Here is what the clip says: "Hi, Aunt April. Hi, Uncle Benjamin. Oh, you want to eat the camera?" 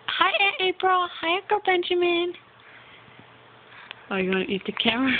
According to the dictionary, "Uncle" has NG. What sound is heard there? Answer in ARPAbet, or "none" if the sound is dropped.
none